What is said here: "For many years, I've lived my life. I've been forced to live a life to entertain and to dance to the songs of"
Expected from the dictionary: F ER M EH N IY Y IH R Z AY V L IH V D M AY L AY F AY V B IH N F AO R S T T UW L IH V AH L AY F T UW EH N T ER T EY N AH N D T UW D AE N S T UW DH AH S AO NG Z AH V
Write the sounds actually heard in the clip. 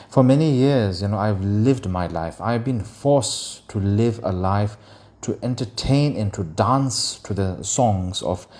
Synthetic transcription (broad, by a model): F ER M EH N IY Y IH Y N AY V L IH V D M AY L AY F AY V B IH N F AO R S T T UW L IH V AH L AY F T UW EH N T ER T EY N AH N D T UW D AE N S T UW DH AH S AO NG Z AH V